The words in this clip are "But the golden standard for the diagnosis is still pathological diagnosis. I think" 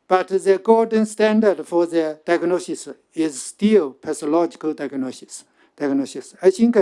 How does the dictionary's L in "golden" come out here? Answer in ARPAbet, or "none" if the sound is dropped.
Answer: none